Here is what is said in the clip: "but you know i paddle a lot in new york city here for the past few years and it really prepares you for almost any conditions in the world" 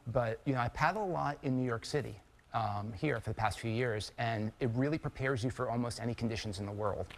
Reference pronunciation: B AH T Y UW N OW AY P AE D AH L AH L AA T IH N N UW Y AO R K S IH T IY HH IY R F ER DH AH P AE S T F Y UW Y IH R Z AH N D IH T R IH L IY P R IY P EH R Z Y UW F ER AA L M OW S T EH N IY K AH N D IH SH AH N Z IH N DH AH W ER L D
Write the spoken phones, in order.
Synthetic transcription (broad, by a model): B AH T Y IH N OW AY P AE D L AH L AA T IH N N UW Y AO R K S IH T IY HH IY R F ER DH AH P AE S T F Y UW Y IH R Z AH N IH T R IH L IY P R IY P EH R Z Y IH F ER AA L M OW S T EH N IY K N D IH SH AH N Z IH N DH AH W ER L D